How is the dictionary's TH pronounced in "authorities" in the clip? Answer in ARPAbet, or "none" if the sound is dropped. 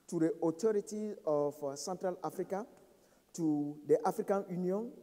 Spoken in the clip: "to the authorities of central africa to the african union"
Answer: T